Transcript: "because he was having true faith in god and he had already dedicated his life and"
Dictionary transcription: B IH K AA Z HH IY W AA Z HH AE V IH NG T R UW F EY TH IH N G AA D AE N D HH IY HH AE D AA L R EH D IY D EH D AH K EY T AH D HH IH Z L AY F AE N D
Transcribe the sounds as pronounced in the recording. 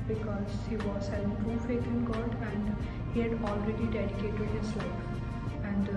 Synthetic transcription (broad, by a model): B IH K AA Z HH IY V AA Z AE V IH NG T UW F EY T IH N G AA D AE N D HH IY HH AE D AA L R EH D IY D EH D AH K EY T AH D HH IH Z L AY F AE N D